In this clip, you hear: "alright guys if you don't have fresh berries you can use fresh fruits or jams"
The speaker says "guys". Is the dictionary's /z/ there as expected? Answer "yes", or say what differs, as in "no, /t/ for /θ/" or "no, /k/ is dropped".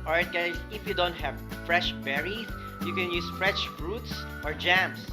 no, /z/ is dropped